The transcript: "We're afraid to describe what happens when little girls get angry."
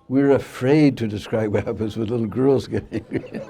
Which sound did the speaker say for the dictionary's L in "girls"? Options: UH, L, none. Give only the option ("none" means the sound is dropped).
L